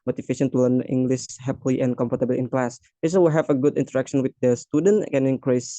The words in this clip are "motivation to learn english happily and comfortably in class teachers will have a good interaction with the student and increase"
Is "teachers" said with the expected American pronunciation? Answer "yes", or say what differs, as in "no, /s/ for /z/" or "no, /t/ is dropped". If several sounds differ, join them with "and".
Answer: no, /s/ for /tʃ/ and /z/ is dropped